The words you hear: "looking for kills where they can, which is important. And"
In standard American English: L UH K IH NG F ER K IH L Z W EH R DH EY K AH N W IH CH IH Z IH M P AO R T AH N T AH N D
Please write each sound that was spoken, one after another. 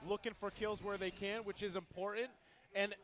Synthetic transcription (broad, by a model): L UH K IH NG F ER K IH L Z W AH R DH EY K AH N W IH CH IH Z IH M P AO R T N T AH N